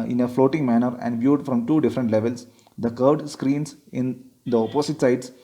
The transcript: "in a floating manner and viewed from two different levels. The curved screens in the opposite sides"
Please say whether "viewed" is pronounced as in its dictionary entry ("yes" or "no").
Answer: yes